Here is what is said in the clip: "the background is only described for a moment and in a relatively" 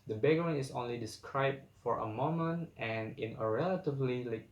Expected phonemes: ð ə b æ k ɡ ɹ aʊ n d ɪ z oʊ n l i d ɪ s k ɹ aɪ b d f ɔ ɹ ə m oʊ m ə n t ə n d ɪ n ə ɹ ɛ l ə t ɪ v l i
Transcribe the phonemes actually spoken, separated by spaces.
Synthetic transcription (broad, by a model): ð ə b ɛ ɡ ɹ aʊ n ɪ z oʊ n l i d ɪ s k ɹ aɪ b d f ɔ ɹ ə m oʊ m ə n t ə n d ɪ n ə ɹ ɛ l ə t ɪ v l i